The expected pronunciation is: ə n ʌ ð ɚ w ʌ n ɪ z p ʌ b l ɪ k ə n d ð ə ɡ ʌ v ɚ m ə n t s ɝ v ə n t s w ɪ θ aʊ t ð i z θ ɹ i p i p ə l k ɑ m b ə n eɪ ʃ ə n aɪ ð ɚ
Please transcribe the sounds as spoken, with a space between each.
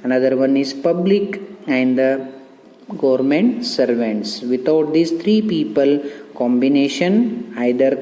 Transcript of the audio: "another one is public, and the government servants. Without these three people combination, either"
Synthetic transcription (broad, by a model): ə n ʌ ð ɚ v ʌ n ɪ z p ʌ b l ɪ k ə n d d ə ɡ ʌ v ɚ m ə n t s ɝ v ə n t s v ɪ t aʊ t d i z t ɹ i p i p ə l k ɑ m b ə n eɪ ʃ ə n aɪ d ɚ